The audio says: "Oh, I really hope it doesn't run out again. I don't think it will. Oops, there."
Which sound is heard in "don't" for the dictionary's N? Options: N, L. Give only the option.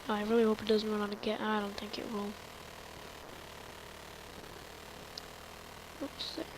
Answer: N